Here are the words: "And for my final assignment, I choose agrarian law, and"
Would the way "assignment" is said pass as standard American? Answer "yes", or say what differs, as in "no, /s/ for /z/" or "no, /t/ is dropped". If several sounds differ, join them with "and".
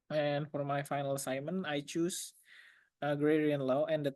no, /n/ is dropped and /t/ is dropped